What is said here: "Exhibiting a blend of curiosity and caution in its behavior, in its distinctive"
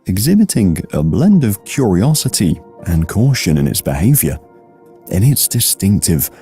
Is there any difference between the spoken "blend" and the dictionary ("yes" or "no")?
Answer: no